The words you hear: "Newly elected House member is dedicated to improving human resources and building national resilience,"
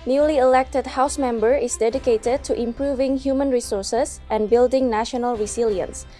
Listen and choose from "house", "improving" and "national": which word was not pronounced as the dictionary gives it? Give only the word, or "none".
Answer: none